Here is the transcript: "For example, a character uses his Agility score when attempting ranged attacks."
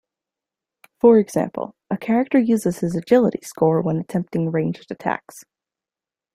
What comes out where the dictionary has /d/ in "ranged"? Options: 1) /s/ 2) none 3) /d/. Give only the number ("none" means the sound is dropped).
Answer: 2